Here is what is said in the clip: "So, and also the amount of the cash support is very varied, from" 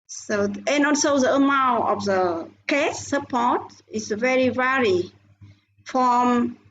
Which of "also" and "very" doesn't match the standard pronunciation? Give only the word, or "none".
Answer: also